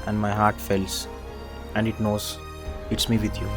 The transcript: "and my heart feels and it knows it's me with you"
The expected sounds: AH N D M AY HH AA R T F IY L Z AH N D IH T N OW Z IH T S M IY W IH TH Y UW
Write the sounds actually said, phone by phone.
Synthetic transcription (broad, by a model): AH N D M AY HH AA R T F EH L S AH N D IH T N OW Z IH T S M IY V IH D Y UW